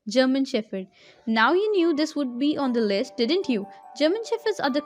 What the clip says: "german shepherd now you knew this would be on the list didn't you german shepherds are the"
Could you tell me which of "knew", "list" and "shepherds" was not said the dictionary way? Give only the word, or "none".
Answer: shepherds